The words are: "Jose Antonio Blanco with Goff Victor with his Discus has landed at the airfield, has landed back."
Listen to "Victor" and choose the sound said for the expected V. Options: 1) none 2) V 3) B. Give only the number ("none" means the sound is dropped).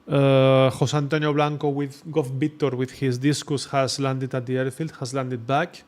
3